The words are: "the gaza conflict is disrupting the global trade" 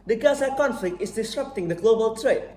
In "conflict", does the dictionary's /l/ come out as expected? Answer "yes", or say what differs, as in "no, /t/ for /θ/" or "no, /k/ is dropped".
yes